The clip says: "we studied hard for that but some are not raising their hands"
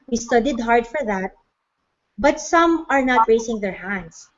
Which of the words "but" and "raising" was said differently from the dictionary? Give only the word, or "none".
raising